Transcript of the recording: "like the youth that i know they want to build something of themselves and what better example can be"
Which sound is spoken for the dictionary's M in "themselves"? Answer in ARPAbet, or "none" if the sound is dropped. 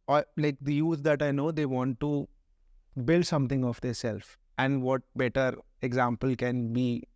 none